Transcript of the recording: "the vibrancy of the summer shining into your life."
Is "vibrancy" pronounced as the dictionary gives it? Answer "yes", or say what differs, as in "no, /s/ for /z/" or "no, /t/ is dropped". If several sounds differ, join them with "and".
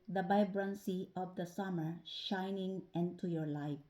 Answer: no, /b/ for /v/